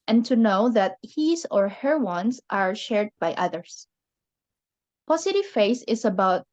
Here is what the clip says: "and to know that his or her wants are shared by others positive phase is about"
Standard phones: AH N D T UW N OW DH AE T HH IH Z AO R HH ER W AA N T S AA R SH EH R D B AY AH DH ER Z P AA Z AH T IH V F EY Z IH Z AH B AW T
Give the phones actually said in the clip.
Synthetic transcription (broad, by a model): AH N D T UW N OW DH AE T HH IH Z AO R HH ER W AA N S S AA R SH EH R D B AY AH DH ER S P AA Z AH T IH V F EY S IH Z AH B AW T